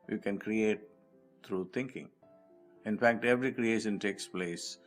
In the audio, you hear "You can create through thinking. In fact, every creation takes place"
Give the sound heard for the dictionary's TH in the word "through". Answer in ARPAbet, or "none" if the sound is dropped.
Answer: T